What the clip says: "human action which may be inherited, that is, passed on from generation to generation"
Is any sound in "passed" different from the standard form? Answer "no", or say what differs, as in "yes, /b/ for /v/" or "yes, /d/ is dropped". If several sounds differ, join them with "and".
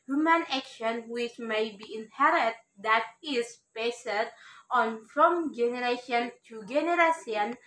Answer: yes, /b/ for /p/